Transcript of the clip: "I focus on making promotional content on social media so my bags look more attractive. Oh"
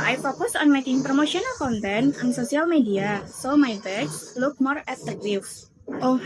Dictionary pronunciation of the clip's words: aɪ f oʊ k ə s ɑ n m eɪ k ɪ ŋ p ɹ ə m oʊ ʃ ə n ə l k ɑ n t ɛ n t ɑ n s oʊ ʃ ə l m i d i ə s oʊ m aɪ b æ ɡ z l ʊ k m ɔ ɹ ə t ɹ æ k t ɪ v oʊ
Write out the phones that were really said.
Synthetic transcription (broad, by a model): aɪ f oʊ k ə s ɑ n m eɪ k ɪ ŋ p ɹ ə m oʊ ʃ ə n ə l k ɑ n t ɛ n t ɑ n s oʊ s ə l m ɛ d i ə s oʊ m aɪ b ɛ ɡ l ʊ k m ɔ ɹ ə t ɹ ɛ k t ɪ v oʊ